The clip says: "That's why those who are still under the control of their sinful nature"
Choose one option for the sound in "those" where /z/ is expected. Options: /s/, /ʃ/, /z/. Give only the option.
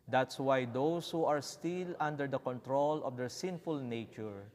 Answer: /s/